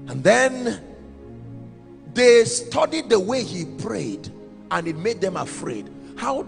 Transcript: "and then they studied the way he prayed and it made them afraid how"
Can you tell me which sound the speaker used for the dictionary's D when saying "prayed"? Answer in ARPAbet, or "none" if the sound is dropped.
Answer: D